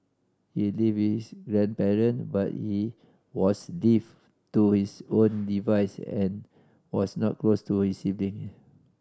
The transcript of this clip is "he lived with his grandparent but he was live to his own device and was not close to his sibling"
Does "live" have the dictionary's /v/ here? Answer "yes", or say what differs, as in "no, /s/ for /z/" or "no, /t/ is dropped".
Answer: no, /f/ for /v/